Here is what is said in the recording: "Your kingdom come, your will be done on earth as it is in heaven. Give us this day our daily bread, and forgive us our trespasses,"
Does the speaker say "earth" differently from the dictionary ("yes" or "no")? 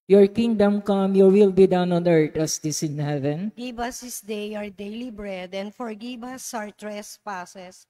yes